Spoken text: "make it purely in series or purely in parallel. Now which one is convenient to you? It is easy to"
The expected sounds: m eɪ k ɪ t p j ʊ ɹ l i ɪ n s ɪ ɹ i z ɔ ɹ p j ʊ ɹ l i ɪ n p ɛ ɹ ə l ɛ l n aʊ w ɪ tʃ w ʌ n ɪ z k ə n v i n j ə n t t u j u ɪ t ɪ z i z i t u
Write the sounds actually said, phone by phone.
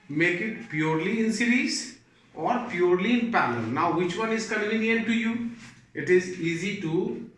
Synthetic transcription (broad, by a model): m eɪ k ɪ t p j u ɹ l i ɪ n s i ɹ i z ɔ ɹ p j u ɹ l i ɪ n p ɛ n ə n n aʊ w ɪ tʃ w ʌ n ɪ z k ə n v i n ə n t t u j u ɪ t ɪ z i z i t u